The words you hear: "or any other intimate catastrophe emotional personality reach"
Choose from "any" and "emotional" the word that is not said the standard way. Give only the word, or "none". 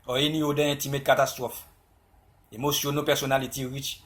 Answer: emotional